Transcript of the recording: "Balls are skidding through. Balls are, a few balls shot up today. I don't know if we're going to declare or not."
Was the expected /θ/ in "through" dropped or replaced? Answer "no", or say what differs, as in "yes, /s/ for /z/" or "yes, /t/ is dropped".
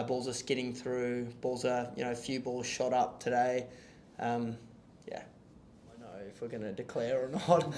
no